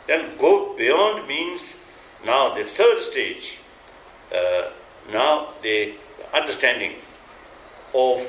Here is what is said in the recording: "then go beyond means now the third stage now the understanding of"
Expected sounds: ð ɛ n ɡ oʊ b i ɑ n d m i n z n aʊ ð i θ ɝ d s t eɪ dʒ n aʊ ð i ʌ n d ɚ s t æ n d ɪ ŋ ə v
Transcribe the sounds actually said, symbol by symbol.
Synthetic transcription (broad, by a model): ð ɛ n ɡ oʊ b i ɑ n d m i n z n aʊ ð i t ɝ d s t eɪ dʒ n aʊ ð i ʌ n d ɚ s t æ n d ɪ ŋ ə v